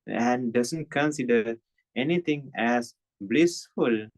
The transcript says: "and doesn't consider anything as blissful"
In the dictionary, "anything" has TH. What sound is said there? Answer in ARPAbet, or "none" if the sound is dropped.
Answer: T